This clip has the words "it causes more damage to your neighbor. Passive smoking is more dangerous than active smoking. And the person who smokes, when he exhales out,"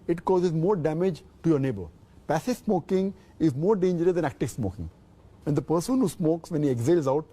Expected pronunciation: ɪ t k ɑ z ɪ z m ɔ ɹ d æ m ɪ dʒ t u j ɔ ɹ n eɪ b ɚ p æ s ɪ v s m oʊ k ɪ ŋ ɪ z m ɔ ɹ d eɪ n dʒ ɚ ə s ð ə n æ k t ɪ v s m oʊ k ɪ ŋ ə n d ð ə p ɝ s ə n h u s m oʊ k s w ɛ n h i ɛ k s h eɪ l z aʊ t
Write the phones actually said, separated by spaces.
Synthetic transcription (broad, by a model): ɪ t k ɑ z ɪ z m ɔ ɹ d æ m ɪ dʒ t u j ɔ ɹ n eɪ b ɚ p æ s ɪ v s m oʊ k ɪ ŋ ɪ z m ɔ ɹ d eɪ n dʒ ɚ ə s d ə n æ k t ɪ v s m oʊ k ɪ ŋ ə n d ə p ɝ s ə n h u s m oʊ k s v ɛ n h i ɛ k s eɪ l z aʊ t